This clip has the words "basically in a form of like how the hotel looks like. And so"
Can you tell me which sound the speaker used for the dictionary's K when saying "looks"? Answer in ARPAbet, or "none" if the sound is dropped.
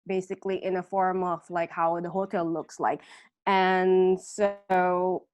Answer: K